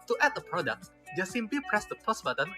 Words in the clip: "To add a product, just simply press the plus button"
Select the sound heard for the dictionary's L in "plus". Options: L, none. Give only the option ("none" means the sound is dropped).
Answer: none